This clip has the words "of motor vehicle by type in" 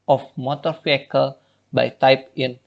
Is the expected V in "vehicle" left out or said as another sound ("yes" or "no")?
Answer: yes